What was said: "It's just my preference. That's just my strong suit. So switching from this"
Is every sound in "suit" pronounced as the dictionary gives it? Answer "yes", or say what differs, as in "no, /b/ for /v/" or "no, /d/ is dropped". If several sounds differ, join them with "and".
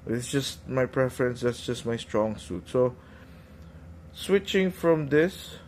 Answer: yes